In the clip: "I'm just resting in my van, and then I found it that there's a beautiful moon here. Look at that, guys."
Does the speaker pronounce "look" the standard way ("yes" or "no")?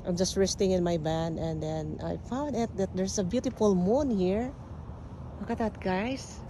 no